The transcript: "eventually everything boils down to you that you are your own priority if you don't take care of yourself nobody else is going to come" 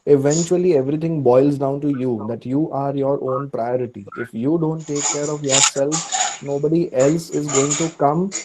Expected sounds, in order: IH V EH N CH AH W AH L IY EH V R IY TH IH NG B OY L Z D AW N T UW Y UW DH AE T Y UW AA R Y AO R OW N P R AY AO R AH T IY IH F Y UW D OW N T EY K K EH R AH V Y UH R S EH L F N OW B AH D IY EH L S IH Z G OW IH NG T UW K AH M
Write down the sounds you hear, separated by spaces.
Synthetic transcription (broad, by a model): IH V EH N CH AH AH L IY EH V R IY T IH NG B OY L Z D AW N T UW Y UW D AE T Y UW AA R Y AO R OW N P R AY AO R AH T IY IH F Y UW D OW N T EY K K EH R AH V Y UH R S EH L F N OW B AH D IY EH L S IH Z G OW IH NG T UW K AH M